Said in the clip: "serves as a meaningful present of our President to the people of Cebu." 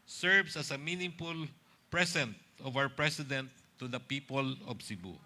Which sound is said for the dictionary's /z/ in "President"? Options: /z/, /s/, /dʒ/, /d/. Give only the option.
/s/